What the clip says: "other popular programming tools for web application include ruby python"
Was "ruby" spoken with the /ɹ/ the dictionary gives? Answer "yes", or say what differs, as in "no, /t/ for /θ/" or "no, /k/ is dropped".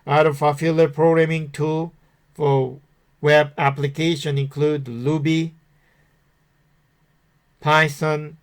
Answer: no, /l/ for /ɹ/